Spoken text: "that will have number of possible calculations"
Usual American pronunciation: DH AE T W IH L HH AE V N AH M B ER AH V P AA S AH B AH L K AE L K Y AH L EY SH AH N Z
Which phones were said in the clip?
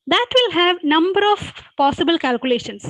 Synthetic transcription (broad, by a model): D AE T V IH L HH AE V N AH M B ER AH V P AA S AH B AH L K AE L K Y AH L EY SH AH N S